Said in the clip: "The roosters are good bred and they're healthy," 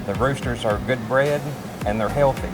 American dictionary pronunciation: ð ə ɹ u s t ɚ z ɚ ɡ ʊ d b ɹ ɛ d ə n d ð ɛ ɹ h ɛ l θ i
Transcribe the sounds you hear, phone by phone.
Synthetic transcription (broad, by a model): ð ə ɹ u s t ɚ z ɚ ɡ ʊ d b ɹ ɛ d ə n ð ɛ ɹ h ɛ l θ i